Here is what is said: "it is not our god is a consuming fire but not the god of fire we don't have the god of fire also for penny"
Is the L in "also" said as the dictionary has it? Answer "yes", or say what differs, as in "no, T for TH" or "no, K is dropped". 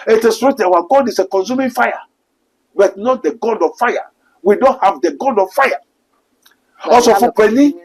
no, L is dropped